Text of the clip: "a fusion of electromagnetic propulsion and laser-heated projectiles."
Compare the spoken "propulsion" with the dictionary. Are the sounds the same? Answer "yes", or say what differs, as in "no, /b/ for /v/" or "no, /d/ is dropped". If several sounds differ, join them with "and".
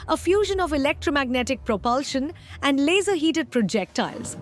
yes